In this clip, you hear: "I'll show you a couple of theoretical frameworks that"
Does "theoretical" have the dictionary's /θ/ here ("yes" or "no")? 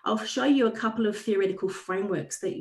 yes